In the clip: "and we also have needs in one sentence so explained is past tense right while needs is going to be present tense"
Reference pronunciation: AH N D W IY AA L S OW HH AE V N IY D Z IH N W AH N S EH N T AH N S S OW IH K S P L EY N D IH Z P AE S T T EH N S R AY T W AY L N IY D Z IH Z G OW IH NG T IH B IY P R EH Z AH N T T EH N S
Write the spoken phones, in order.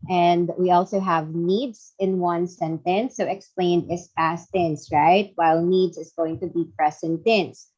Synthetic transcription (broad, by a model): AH N D W IY AA L S OW HH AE V N IY D Z IH N W AH N S EH N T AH N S S OW IH K S P L EY N D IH S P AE S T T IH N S R AY T W AY L N IY D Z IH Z G OW IH NG T IH B IY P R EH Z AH N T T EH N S